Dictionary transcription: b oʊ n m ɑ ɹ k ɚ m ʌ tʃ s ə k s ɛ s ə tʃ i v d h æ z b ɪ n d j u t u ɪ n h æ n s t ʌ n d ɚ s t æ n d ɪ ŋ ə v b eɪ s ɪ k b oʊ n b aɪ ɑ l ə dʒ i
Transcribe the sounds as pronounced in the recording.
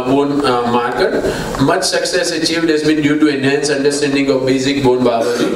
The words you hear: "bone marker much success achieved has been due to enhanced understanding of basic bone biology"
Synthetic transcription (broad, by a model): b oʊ n m ɑ ɹ k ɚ m ʌ tʃ s ə k s ɛ s ə tʃ i v d h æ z b ɪ n d j u t u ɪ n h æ n s ʌ n d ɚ s t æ n d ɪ ŋ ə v b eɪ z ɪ k b oʊ n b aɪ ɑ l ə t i